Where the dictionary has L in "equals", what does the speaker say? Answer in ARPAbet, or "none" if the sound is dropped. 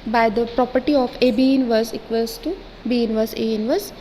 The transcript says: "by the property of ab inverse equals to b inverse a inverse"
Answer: none